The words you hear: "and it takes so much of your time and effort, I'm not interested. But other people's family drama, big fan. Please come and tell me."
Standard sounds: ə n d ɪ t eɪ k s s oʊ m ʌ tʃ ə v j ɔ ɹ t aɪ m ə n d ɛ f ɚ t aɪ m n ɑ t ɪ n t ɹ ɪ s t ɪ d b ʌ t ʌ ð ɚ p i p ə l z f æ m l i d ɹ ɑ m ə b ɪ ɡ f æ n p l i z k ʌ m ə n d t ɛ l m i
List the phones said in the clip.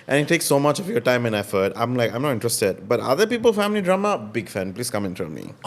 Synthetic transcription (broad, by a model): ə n ɪ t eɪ k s s oʊ m ʌ tʃ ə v j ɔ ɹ t aɪ m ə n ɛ f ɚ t aɪ m n ɑ t ɪ n t ɹ ɪ s t ɪ d b ʌ t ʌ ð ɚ p i p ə l f æ m l i d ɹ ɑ m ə b ɪ ɡ f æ n p l i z k ʌ m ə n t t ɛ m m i